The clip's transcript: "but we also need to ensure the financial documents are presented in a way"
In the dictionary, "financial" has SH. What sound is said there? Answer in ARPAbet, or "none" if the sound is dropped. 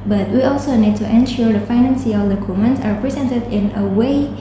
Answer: S